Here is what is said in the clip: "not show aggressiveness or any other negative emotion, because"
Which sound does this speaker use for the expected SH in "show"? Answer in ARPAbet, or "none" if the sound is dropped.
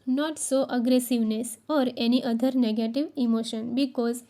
S